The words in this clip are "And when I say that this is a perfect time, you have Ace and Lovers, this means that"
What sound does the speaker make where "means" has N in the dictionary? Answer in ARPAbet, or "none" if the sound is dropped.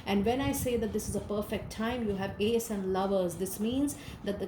N